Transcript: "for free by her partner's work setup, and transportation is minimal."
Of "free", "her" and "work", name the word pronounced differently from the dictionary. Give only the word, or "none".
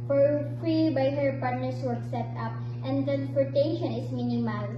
none